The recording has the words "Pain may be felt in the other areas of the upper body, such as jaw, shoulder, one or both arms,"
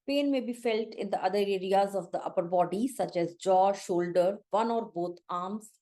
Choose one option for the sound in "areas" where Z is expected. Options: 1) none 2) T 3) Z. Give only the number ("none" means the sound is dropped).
3